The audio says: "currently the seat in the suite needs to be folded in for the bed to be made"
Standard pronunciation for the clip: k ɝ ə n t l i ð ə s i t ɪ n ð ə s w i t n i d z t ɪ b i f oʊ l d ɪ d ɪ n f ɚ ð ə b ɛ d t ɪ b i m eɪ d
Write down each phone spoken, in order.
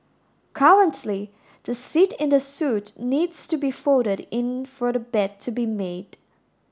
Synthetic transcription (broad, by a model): k ɝ ə n t l i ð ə s i t ɪ n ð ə s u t n i d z t ɪ b i f oʊ d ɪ d ɪ n f ɚ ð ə b ɛ d t ɪ b i m eɪ d